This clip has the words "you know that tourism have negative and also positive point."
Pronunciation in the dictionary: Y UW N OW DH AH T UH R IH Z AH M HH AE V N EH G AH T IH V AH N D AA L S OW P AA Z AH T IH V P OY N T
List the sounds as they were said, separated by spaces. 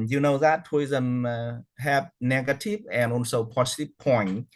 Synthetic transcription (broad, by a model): Y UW N OW DH AH T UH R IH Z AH M HH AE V N EH G AH T IH V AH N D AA N S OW P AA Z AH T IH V P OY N